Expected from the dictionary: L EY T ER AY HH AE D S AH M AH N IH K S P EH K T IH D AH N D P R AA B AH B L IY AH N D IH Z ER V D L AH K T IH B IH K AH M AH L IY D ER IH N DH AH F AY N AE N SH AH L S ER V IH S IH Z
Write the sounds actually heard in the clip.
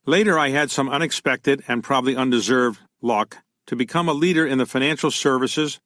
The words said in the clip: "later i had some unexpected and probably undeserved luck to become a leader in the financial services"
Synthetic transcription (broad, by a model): L EY T ER AY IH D S AH M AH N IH K S P EH K T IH D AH N P R AA B AH B L IY AH N D IH Z ER V D L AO K T IH B IH K AH M AH L IY D ER IH N DH AH F AY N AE N SH L S ER V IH S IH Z